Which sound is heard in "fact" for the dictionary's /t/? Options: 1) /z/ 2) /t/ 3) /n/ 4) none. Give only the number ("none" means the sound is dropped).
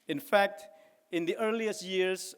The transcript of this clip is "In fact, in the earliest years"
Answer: 2